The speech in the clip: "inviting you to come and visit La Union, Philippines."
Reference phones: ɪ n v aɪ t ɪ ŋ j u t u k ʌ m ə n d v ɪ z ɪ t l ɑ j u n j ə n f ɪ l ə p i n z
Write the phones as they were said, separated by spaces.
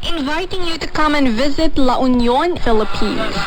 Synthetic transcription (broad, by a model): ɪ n v aɪ t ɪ ŋ j u t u k ʌ m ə n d v ɪ z ɪ t l ɑ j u n j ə n f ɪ l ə p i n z